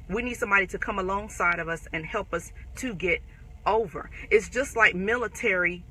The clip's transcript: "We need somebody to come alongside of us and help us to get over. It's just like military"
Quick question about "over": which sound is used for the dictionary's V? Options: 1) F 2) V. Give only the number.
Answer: 2